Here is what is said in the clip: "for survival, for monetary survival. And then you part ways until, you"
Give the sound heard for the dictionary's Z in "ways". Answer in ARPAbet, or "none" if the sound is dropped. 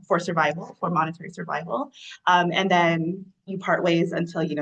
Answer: Z